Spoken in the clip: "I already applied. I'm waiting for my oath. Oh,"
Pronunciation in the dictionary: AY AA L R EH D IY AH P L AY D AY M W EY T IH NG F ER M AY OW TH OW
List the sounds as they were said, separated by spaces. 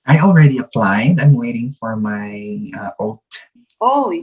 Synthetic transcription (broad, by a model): AY AA L R EH D IY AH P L AY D AY M W EY T IH NG F ER M AY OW T OW